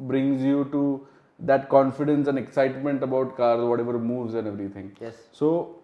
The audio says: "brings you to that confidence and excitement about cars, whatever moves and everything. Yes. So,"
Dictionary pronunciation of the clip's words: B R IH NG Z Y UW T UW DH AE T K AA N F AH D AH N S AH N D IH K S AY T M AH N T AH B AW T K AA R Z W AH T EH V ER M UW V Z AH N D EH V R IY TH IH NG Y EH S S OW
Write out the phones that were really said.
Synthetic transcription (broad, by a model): B R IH NG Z Y UW T UW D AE T K AA N F AH D AH N S AH N D IH K S AY T M AH N T AH B AW T K AA R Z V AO T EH V ER M UW V Z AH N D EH V R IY T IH NG Y EH S S OW